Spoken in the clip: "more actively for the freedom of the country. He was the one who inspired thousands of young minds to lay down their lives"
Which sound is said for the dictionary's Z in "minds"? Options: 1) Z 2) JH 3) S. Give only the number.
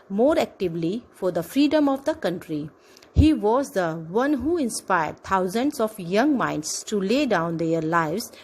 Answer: 3